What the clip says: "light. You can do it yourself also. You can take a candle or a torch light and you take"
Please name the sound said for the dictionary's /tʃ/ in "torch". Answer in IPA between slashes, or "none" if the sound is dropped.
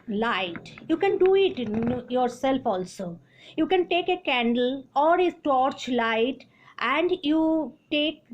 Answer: /tʃ/